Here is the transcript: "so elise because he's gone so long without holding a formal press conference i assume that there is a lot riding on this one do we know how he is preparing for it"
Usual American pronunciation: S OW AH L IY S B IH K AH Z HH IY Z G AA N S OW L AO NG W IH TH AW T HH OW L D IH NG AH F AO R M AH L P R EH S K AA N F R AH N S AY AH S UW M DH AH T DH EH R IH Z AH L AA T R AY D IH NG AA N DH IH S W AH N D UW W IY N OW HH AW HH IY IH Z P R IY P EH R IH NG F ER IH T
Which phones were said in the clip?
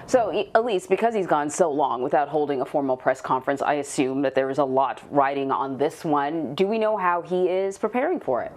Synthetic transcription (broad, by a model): S OW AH L IY S B IH K AH Z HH IY Z G AA N S OW L AO NG W IH TH AW T HH OW L D IH NG AH F AO R M L P R EH S K AA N F R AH N S AY AH S UW M DH AH T DH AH R IH Z AH L AA T R AY D IH NG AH N DH IH S W AH N D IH W IY N OW HH AW IY IH Z P R IY P EH R IH NG F ER IH T